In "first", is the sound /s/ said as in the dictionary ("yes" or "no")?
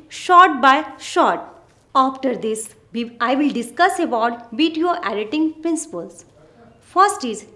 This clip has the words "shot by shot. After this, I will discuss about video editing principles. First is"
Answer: yes